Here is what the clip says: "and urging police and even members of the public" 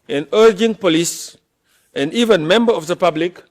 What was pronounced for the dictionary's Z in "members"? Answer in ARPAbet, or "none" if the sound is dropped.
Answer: none